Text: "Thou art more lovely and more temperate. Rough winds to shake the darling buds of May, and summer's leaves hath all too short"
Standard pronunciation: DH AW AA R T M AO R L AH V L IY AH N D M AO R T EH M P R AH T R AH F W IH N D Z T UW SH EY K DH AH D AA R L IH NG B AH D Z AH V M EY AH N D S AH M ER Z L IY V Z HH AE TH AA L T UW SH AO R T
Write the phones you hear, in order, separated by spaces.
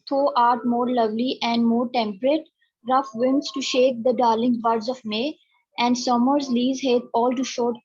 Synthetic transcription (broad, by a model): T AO AA R T M AO R L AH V L IY AH N D M AO R T EH M P R AH T R AH F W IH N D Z T UW SH EY K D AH D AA R L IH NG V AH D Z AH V M EY AH N D S AH M ER Z L IY Z HH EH T AA L T UW SH AO R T